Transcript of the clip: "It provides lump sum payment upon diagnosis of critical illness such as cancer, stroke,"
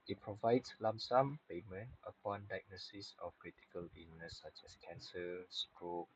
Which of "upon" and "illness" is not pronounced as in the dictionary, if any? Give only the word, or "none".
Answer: illness